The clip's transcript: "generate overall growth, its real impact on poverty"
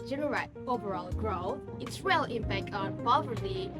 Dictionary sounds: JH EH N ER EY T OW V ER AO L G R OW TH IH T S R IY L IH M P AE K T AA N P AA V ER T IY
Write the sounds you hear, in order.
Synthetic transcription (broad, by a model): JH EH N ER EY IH OW V ER AO L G R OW IH T S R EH L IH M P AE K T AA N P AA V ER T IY